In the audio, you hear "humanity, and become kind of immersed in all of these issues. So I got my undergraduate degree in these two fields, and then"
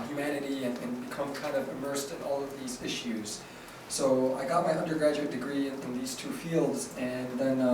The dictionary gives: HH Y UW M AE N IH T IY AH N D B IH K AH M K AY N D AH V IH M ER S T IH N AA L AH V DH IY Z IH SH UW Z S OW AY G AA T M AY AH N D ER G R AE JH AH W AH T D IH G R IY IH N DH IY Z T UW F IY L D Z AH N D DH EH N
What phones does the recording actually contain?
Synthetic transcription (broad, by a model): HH Y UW M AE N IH T IY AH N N B IH K AH M K AY N D AH V IH M ER S T IH N AA L AH V DH IY Z IH SH UW Z S OW AY G AA T M AY AH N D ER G R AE JH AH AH T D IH G R IY IH N DH IY Z T UW F IY L D Z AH N DH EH N